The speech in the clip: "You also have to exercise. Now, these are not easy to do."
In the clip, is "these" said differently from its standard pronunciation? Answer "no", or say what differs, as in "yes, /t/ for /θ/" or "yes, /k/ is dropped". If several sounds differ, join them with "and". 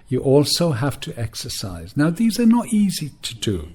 no